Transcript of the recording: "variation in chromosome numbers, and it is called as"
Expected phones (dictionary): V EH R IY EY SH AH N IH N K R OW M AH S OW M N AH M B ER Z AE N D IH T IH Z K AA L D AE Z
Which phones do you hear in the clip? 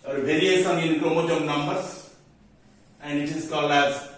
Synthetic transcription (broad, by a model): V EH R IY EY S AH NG IH N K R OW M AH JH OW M N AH M B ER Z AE N D IH T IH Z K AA L AE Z